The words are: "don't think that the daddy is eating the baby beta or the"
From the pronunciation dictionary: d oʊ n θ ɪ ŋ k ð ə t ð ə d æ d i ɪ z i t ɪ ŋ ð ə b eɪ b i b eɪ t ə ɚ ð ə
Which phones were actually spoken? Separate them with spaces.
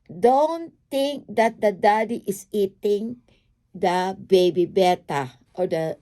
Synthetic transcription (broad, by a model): d oʊ n t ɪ ŋ k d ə t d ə d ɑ d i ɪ s i t ɪ ŋ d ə b eɪ b i b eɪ t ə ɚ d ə